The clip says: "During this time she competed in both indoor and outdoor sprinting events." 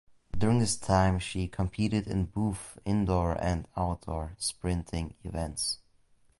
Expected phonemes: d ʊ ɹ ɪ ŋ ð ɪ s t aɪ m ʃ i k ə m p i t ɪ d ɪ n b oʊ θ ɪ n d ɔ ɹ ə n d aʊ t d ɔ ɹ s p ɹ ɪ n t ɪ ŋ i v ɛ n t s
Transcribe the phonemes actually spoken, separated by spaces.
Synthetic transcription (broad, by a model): d ʊ ɹ ɪ ŋ ð ɪ s t aɪ m ʃ i k ə m p i t ɪ d ɪ n b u f ɪ n d ɔ ɹ ə n d aʊ t d ɔ ɹ s p ɹ ɪ n t ɪ ŋ i v ɛ n t s